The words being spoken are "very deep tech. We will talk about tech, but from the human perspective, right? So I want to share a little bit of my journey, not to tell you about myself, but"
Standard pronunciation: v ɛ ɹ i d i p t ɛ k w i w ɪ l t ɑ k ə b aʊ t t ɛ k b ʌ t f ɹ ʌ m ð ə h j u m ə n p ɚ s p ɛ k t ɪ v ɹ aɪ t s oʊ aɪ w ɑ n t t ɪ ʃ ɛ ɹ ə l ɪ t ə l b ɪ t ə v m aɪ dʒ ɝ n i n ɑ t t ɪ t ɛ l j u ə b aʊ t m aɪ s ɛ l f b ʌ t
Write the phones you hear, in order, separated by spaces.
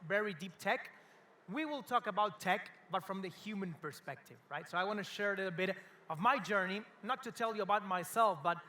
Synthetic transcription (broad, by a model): v ɛ ɹ i d i p t ɛ k w i w ɪ l t ɑ k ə b aʊ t t ɛ k b ʌ t f ɹ ʌ m ð ə h j u m ə n p ɚ s p ɛ k t ɪ v ɹ aɪ t s oʊ aɪ w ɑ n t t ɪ ʃ ɛ ɹ ə l ɪ t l b ɪ t ə v m aɪ dʒ ɝ n i n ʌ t t ɪ t ɛ l j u ə b aʊ t m aɪ s ɛ l f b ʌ t